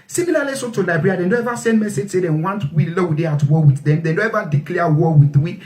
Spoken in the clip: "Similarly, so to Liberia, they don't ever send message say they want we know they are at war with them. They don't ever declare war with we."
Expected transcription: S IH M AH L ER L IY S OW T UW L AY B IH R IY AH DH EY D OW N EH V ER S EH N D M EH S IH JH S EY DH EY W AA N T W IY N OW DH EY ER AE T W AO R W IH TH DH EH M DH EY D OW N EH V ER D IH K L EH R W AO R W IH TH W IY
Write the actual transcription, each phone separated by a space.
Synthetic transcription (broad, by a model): S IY M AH L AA L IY S OW T UW L AY B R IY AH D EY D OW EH V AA S EH N D M EH S IH JH S EY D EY W AA N T W IY L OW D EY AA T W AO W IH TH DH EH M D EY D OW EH V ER D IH K L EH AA W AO W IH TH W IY